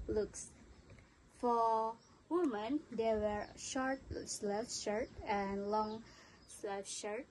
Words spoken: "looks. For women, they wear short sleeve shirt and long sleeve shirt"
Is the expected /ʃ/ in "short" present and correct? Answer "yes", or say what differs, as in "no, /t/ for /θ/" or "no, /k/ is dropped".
yes